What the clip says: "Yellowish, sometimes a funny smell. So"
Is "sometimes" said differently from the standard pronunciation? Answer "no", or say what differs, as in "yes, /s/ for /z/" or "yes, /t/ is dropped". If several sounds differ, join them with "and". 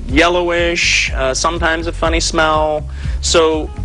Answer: no